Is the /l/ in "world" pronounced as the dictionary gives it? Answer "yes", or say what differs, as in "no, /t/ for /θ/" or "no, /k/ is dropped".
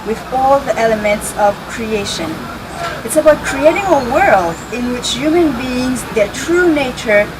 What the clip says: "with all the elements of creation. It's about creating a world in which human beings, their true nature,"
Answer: yes